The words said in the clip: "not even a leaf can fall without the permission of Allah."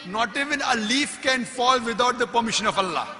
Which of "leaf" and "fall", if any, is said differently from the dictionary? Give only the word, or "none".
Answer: none